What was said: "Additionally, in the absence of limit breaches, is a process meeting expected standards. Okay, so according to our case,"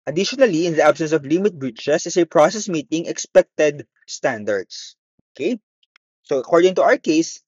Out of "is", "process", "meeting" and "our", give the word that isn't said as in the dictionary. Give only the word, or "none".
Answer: is